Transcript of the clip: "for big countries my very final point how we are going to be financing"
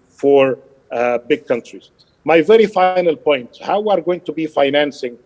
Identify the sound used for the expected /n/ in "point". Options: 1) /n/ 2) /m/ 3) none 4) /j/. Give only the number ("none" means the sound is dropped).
1